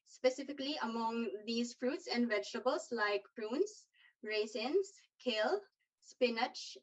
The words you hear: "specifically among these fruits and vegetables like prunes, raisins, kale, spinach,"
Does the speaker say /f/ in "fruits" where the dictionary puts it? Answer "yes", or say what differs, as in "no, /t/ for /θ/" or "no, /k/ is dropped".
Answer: yes